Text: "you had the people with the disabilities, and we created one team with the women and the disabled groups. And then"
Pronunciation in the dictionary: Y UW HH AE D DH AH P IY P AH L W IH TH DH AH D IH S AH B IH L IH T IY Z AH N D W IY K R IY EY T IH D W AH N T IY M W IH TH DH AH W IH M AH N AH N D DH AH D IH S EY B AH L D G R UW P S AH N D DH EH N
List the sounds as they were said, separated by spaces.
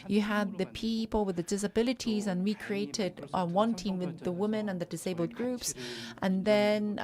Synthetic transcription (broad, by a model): Y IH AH D DH AH P IY P AH L W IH DH AH D IH S AH B IH L IH T IY Z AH N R IY K R IY EY T IH D W AH N T IY M W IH DH AH W IH M AH N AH N DH AH D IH S EY B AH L D G R UW P S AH N DH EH N